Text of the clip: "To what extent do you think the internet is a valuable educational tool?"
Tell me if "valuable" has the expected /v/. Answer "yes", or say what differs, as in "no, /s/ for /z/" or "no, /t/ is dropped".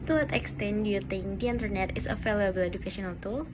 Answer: no, /f/ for /v/